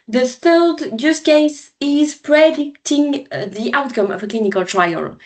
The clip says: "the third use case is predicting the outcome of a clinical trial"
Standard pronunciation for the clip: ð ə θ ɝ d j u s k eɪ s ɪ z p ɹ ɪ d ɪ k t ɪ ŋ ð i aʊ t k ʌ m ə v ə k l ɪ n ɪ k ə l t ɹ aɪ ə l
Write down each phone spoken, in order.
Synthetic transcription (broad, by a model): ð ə θ ɝ d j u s k eɪ s ɪ z p ɹ ɪ d ɪ k t ɪ ŋ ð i aʊ t k ʌ m ə v ə k l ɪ n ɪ k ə l t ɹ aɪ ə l